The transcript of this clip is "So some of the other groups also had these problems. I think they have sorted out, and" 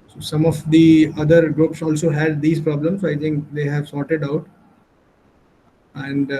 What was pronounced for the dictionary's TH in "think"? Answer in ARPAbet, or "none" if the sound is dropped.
T